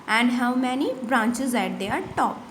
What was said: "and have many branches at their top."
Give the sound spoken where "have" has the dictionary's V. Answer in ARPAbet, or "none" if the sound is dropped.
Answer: W